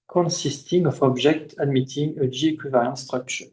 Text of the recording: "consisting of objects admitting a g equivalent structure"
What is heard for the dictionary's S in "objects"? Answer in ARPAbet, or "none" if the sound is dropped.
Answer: none